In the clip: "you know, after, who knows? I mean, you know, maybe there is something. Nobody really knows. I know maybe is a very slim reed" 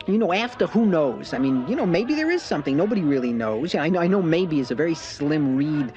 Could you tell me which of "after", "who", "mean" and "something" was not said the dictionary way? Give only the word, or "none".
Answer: none